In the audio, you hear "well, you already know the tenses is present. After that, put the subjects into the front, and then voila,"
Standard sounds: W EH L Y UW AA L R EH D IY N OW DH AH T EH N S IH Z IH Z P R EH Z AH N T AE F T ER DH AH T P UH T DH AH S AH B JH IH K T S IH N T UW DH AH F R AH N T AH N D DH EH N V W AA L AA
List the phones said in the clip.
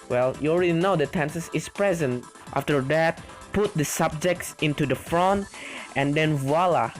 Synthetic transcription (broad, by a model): W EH L Y UW AA L R EH D IY N OW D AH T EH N S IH S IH S P R EH Z AH N T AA F T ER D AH T P UH T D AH S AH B JH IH K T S IH N T UW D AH F R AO N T AH N D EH N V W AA L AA